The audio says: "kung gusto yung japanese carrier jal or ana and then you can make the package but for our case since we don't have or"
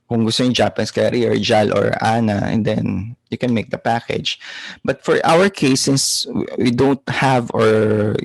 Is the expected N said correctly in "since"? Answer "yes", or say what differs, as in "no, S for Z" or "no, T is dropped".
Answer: no, N is dropped